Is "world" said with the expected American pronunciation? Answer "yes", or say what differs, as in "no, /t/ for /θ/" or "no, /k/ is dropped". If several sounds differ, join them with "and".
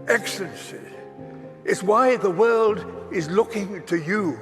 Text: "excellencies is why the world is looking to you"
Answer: yes